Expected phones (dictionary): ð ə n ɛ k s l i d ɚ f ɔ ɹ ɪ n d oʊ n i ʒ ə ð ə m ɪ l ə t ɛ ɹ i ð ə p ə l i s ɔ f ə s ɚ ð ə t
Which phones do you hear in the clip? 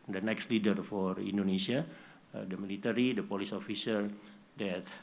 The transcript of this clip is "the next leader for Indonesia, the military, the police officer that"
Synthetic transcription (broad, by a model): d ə n ɛ k s l i d ɚ f ɔ ɹ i n d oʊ n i s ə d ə m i l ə t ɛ ɹ i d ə p ə l i s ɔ f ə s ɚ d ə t